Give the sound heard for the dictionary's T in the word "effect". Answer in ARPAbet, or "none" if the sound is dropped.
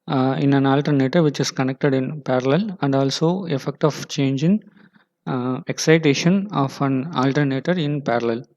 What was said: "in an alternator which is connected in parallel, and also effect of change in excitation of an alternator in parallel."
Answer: T